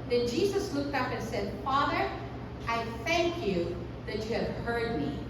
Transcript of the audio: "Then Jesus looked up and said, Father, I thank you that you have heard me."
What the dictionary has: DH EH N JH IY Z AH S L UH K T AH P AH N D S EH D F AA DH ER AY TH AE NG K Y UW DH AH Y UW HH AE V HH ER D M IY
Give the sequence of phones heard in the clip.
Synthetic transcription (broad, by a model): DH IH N JH IY Z AH S L UH K T AH P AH N S EH D F AA DH ER AY TH AE NG K Y UW DH AH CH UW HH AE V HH ER D M IY